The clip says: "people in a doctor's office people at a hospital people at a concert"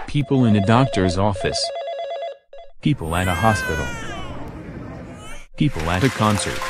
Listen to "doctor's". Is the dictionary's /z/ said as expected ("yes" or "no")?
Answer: yes